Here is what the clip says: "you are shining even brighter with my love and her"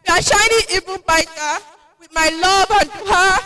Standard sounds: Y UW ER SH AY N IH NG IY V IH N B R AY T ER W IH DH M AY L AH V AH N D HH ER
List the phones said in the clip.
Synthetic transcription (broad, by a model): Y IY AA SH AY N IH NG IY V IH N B AY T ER W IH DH M AY L AH V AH N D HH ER